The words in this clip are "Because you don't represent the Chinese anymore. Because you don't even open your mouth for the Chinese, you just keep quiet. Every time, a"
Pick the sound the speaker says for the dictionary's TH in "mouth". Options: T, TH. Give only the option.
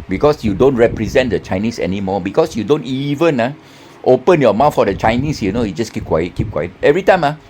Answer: T